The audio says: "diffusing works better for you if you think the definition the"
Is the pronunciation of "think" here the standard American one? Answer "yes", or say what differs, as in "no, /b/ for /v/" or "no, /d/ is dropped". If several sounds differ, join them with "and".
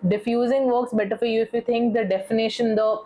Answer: no, /t/ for /θ/